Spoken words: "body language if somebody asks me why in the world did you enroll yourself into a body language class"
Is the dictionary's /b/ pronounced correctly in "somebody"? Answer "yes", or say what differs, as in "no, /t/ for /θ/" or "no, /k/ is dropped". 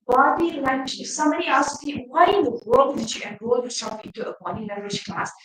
no, /b/ is dropped